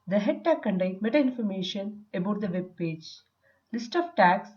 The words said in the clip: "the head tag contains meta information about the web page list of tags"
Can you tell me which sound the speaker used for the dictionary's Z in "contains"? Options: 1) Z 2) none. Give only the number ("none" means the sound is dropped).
2